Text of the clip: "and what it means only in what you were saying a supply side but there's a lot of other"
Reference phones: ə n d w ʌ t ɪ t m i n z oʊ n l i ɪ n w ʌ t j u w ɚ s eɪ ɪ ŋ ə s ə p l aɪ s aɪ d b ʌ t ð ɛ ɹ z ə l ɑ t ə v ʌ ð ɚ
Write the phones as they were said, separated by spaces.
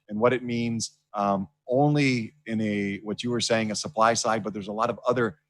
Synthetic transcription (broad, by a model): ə n w ʌ t ɪ t m i n z oʊ n l i ɪ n w ʌ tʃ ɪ w ɚ s eɪ ɪ ŋ ə s ə p l aɪ s aɪ d b ʌ t ð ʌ ɹ z ə l ɑ t ə v ʌ ð ɚ